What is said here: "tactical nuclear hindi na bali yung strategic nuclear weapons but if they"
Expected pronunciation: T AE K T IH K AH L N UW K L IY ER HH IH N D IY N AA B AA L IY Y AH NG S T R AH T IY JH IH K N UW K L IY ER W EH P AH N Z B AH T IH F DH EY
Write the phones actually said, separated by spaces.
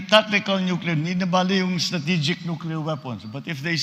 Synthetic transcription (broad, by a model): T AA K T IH K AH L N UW K L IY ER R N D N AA B AA L IY Y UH NG S T R AH T IY JH IH K N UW K L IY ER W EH P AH N S B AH T IH F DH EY